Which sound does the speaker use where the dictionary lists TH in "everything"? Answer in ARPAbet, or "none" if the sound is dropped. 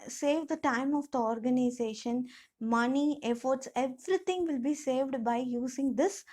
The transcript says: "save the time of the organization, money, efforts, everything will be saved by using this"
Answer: T